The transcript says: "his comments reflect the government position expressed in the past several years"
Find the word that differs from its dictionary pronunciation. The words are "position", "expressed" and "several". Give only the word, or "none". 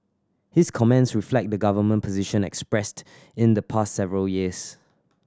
none